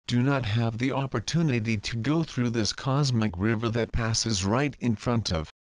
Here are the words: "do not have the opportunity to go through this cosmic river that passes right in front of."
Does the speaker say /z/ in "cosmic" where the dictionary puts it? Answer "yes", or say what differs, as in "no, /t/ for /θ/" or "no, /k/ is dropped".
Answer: yes